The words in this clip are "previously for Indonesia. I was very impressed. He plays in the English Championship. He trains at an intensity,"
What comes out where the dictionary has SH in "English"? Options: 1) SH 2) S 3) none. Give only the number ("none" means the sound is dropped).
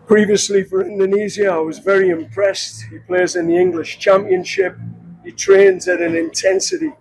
1